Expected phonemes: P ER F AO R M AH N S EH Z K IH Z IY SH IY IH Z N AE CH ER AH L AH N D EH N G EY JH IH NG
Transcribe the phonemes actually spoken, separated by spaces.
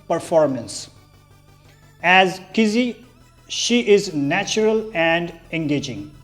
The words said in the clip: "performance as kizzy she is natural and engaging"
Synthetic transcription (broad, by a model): P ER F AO R M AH N S EH Z K IH Z IY SH IY IH Z N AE CH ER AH L AH N D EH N G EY JH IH NG